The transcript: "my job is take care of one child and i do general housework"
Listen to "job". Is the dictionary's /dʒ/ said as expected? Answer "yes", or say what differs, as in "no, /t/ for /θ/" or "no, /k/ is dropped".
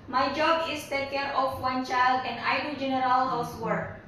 yes